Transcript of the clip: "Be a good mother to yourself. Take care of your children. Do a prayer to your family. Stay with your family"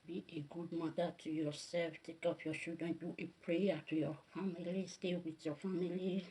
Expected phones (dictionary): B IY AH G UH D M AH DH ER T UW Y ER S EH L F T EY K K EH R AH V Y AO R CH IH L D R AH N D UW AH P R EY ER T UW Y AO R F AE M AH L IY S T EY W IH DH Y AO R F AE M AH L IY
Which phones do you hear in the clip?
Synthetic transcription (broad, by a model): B IY AH G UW D M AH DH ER T UW Y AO S EH L F T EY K K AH P Y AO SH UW D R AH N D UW AH P R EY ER T UW Y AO F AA M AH L IY S T EY W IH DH Y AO F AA M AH L IY